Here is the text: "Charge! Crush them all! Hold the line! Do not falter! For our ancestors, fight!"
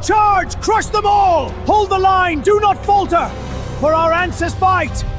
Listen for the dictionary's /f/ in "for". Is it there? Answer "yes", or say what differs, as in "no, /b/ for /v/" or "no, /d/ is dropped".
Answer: yes